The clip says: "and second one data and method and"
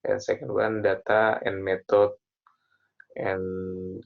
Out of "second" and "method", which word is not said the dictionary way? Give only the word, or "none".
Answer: method